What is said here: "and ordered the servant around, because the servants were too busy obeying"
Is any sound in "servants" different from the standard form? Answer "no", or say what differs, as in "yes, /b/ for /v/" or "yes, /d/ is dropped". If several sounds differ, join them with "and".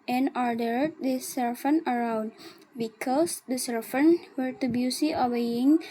yes, /f/ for /v/